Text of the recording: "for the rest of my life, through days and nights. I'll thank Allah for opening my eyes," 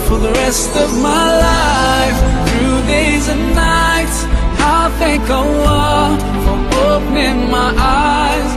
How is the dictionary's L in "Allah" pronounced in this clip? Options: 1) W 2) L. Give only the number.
1